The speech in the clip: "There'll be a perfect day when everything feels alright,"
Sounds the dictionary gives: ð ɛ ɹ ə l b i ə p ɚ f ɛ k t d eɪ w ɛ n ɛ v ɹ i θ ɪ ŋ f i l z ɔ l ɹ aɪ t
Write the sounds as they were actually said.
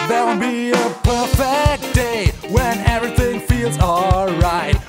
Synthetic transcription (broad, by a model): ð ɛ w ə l b i ə p ɚ f ɛ k t d eɪ w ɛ n ɛ v ɹ i θ ɪ ŋ f i l z ɔ l ɹ aɪ t